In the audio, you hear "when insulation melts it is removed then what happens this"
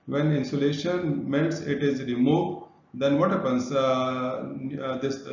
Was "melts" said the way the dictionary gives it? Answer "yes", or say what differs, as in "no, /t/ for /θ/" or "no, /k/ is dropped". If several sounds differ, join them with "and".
no, /n/ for /l/